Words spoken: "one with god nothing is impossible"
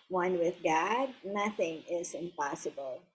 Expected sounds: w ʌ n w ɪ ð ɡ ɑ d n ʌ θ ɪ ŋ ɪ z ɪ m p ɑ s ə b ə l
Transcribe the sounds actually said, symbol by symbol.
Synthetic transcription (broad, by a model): w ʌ n w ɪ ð ɡ ɑ d n ʌ θ ɪ ŋ ɪ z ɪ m p ɑ s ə b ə l